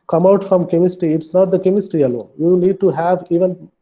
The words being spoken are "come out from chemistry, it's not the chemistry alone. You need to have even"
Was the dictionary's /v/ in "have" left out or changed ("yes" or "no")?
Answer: no